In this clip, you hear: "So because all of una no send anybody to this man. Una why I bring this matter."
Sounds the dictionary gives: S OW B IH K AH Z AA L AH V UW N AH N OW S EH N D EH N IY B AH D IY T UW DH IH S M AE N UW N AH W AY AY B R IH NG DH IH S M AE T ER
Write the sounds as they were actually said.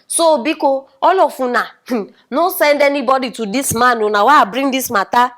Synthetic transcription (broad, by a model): S OW B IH K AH AA L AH F UW N AH N OW S EH N D EH N IY B AH D IY T UW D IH S M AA N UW N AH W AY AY B R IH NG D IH S M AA T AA